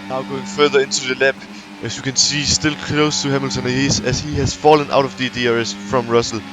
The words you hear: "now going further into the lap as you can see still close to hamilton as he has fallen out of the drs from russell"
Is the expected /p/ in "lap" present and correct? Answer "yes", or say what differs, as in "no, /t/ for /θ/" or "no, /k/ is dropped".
no, /b/ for /p/